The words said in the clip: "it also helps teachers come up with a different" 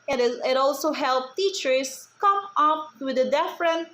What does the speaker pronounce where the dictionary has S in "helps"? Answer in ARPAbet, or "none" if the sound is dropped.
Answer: none